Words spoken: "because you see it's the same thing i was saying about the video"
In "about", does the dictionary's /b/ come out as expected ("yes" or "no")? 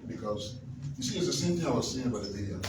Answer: no